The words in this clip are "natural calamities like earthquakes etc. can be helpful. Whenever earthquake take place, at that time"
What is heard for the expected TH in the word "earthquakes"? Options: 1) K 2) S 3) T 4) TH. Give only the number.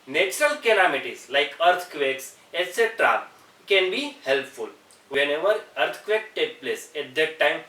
3